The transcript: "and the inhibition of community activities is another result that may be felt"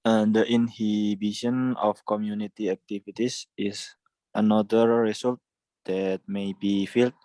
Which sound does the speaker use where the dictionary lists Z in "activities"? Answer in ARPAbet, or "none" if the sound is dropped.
S